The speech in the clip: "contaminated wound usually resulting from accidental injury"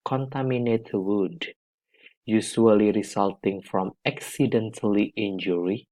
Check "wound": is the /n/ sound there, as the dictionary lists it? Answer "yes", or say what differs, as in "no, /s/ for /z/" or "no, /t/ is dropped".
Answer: no, /n/ is dropped